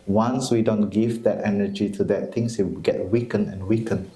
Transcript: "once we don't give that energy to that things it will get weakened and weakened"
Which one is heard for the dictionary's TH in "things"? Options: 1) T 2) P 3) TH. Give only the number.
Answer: 1